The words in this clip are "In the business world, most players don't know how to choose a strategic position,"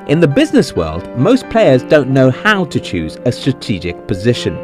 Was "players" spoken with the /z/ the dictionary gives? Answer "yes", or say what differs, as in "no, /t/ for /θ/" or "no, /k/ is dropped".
yes